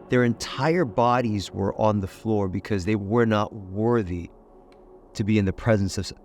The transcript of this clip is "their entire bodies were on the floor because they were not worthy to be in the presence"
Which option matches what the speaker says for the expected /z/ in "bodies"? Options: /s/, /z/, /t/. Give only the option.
/z/